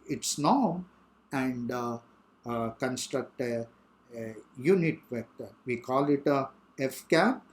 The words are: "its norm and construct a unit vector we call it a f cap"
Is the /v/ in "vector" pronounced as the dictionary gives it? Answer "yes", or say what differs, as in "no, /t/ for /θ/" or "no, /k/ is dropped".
yes